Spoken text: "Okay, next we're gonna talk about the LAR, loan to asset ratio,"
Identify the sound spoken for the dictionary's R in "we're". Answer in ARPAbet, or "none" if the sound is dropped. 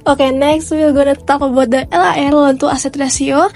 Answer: L